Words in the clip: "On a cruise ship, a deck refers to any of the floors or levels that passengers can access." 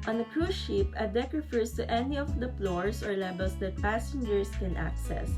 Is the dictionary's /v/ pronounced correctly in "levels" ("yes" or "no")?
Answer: no